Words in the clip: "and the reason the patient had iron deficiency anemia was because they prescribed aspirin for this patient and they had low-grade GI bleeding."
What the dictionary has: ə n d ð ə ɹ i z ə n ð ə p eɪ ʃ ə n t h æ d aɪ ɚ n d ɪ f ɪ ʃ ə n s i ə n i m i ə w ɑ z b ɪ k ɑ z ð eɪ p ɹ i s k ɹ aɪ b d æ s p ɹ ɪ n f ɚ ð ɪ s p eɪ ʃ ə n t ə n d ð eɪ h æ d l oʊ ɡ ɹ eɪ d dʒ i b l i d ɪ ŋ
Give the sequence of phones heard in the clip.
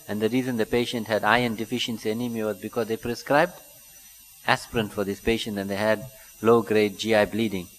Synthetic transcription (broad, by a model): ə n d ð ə ɹ i z ə n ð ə p eɪ ʃ ə n t h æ d aɪ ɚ n d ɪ f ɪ ʃ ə n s i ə n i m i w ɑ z b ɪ k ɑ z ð eɪ p ɹ i s k ɹ aɪ b d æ s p ɹ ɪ n f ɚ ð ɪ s p eɪ ʃ ə n t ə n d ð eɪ h æ d l oʊ ɡ ɹ eɪ d dʒ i b l i d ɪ ŋ